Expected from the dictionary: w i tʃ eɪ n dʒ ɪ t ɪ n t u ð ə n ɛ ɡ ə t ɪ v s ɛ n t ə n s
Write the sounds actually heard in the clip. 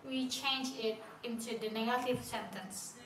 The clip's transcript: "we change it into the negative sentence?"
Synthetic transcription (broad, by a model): w i tʃ eɪ n dʒ ɪ t ɪ n t u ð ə n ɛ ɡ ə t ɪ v s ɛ n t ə n s